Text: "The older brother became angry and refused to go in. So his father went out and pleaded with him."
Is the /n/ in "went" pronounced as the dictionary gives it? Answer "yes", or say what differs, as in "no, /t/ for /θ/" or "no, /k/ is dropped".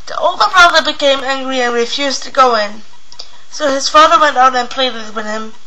yes